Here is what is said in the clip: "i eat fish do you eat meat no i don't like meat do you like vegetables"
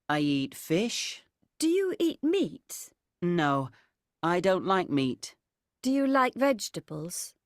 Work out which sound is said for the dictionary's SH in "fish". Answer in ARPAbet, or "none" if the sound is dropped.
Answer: SH